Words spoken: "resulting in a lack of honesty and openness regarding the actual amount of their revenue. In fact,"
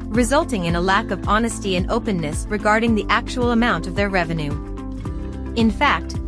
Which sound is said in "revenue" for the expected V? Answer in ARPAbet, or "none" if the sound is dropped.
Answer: V